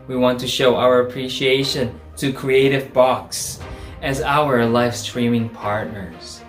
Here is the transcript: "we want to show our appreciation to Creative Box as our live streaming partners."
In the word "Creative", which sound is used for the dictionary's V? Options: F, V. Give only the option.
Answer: V